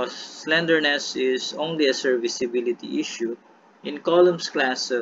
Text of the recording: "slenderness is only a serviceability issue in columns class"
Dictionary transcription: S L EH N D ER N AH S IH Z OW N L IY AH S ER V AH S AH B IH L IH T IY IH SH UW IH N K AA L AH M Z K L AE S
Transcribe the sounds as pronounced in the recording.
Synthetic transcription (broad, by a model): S L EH N D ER N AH S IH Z OW N L IY AH S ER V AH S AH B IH L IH T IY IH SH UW IH N K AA L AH M S K L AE S